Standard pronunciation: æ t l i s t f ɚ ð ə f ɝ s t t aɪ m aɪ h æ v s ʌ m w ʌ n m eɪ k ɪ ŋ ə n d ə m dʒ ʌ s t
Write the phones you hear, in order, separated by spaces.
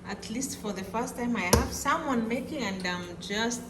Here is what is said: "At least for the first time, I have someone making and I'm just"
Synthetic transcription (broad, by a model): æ t l i s t f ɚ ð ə f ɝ s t t aɪ m aɪ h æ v s ʌ m w ʌ n m eɪ k ɪ ŋ ə n d ə m dʒ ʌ s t